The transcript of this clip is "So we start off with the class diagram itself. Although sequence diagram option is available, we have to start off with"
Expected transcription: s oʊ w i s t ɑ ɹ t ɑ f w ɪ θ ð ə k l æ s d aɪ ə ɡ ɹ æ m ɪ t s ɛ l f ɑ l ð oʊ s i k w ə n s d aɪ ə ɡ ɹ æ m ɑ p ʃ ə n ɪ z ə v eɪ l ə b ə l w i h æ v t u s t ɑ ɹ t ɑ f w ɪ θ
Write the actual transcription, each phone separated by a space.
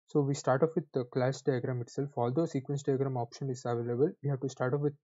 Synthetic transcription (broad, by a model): s oʊ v i s t ɑ ɹ t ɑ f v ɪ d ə k l æ s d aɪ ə ɡ ɹ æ m ɪ t s ɛ l f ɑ l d oʊ s i k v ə n s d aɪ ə ɡ ɹ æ m ɑ p ʃ ə n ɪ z ə v eɪ l ə b ə l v i h æ v t u s t ɑ ɹ t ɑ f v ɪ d